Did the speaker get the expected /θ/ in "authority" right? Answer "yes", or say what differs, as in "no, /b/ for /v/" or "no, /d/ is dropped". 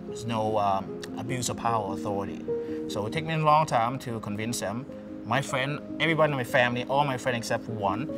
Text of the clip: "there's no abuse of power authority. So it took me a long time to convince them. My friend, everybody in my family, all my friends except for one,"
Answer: yes